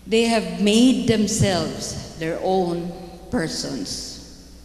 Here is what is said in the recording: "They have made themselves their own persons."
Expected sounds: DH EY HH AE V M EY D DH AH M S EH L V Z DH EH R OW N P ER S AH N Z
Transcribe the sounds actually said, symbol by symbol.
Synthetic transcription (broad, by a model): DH EY HH AE V M EY D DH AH M S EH L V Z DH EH R OW N P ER S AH N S